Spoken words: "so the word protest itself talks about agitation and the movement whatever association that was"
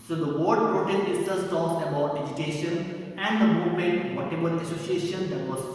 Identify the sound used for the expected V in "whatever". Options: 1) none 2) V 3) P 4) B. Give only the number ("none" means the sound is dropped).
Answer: 4